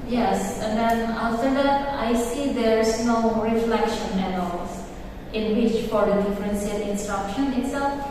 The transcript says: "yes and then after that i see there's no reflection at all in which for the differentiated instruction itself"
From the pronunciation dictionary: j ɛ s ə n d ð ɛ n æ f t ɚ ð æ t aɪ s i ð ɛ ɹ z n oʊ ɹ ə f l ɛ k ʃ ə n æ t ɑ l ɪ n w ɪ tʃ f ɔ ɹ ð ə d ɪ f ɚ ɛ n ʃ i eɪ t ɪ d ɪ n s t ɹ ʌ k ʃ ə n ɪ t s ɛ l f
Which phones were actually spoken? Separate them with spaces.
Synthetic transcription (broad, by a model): j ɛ s ə n d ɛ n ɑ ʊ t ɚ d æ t aɪ s i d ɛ ɹ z n oʊ ɹ ə f l ɛ k ʃ ə n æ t ɑ l ɪ n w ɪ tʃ f ɔ ɹ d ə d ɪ f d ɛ n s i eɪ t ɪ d ɪ n s t ɹ ʌ k ʃ ə n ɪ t s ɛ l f